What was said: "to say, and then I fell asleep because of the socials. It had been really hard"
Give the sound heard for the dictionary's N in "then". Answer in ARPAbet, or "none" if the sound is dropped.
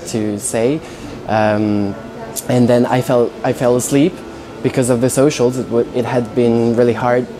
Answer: L